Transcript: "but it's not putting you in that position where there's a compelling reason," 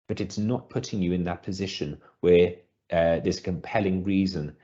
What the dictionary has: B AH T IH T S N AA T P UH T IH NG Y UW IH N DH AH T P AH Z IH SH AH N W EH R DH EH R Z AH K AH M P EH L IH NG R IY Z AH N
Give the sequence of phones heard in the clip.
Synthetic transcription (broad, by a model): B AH T IH T S N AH T P UH T IH NG Y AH IH N DH AH T P AH Z IH SH AH N W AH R DH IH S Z K AH M P EH L IH NG R IY Z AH N